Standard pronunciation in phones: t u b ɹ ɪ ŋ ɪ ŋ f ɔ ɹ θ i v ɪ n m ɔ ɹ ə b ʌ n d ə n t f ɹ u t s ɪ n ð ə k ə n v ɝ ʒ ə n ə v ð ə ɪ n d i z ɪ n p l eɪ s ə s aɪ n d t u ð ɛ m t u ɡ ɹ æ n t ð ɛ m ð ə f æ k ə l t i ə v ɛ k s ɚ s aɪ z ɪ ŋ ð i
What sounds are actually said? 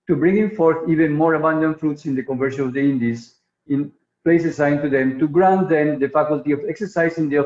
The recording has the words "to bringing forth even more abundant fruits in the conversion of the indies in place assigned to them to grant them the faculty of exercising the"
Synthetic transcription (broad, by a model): t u b ɹ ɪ ŋ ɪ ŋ f ɔ ɹ θ i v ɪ n m ɔ ɹ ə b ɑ n d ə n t f ɹ u t s ɪ n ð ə k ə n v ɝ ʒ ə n ə v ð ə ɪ n d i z ɪ n p l eɪ s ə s aɪ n t u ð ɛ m t u ɡ ɹ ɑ n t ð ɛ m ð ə f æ k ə l t i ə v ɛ k s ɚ s aɪ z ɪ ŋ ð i